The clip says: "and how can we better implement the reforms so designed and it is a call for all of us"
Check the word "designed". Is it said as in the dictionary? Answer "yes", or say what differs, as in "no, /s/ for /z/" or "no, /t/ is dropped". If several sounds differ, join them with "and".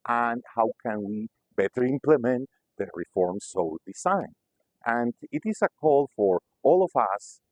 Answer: no, /s/ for /z/